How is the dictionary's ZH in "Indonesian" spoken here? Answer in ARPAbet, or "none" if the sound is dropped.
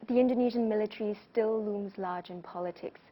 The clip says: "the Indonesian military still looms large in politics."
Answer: ZH